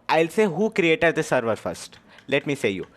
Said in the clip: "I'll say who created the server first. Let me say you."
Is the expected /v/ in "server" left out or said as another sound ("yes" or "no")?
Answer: no